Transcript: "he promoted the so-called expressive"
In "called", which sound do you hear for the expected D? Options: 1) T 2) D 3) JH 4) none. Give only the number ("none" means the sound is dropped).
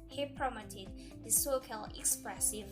4